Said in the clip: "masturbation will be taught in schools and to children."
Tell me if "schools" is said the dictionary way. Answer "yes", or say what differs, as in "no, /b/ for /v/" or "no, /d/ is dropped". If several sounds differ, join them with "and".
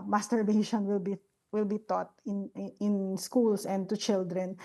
no, /s/ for /z/